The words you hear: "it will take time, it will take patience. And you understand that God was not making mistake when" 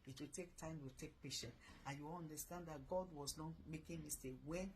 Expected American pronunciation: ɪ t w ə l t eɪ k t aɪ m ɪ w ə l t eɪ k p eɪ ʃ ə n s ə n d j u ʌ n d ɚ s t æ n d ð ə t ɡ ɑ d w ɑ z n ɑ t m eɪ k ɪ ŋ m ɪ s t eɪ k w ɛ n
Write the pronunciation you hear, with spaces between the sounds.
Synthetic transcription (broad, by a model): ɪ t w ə t eɪ k t aɪ m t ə t eɪ k p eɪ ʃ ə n ə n j u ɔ n d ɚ s t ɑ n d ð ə t ɡ ɑ d w ɑ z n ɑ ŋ m eɪ k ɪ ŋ m ɪ s t eɪ k w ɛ n